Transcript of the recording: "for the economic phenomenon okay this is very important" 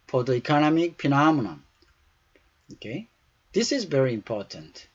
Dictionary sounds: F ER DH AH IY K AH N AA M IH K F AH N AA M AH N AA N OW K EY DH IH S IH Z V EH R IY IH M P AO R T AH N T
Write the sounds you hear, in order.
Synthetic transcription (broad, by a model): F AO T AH IY K AH N AA M IH K P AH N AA M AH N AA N OW K EY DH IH S IH Z V EH R IY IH M P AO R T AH N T